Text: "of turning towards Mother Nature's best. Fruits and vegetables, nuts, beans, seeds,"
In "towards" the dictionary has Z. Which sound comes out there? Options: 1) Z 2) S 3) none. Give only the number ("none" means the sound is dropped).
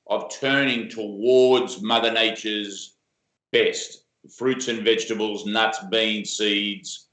1